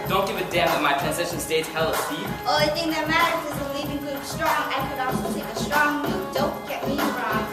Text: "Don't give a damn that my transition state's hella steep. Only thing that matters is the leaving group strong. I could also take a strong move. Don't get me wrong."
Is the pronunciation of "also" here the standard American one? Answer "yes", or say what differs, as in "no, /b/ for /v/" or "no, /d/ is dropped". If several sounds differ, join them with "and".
no, /l/ is dropped